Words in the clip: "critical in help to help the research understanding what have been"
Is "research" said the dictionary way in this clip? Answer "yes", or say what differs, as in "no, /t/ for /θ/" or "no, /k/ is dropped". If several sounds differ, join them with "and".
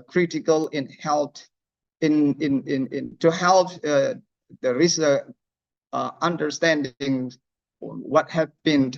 no, /tʃ/ is dropped